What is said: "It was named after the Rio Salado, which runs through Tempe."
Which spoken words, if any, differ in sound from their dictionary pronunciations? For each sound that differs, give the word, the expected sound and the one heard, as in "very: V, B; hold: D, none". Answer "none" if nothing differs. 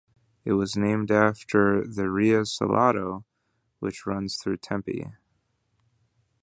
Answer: none